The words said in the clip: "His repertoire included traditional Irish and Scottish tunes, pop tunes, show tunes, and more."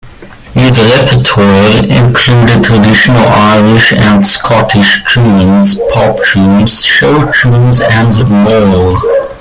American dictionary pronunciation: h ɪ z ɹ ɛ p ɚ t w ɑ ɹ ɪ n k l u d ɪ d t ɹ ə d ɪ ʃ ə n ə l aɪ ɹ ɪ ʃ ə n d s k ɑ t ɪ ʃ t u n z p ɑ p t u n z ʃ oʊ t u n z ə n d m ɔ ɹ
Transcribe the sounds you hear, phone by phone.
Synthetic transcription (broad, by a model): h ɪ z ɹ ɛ p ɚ t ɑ ɹ ɪ n k l u d ɪ d t ɹ ə d ɪ ʃ ə n ə l aɪ ɹ ɪ ʃ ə n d s k ɑ t ɪ ʃ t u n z p ɑ p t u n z ʃ oʊ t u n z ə n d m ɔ l